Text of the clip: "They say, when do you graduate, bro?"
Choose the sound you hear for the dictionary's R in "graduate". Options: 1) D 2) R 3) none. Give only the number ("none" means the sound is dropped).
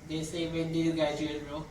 3